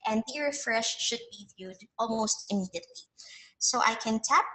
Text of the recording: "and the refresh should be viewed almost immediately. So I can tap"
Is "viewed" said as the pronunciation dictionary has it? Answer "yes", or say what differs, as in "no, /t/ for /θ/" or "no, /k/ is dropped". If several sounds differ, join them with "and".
yes